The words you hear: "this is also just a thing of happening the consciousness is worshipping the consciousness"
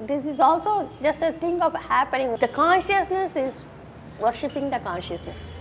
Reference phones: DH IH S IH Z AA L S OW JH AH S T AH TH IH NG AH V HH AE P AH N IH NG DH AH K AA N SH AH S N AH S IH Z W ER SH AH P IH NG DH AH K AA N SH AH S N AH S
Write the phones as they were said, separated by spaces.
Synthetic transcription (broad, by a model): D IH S IH Z AA L S OW JH AH S T AH T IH NG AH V HH AE P AH N IH NG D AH K AA N SH AH S N AH S IH Z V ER SH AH P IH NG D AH K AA N SH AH S N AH S